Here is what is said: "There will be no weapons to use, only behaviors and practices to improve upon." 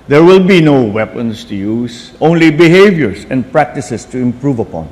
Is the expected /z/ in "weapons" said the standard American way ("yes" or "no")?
no